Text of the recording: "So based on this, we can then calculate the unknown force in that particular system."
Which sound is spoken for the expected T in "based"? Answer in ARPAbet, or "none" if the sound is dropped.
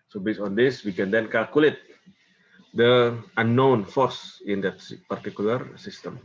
none